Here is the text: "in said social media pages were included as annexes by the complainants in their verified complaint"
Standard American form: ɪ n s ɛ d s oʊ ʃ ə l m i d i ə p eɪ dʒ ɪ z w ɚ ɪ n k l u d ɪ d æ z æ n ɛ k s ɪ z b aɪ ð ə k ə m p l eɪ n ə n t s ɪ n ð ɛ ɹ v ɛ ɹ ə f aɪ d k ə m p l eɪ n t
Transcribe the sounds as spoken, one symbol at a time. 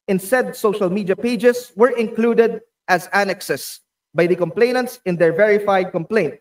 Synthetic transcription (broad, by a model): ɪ n s ɛ d s oʊ ʃ ə l m i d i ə p eɪ dʒ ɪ s w ɚ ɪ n k l u d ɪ d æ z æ n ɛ k s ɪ s b aɪ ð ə k ə m p l eɪ n ə n t s ɪ n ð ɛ ɹ v ɛ ɹ ə f aɪ d k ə m p l eɪ n t